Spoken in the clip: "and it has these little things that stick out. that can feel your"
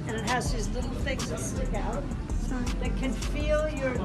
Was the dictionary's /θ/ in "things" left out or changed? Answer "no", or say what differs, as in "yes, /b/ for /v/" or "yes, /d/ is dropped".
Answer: no